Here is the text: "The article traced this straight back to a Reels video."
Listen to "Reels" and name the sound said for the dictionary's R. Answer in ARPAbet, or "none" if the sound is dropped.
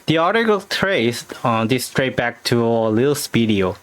L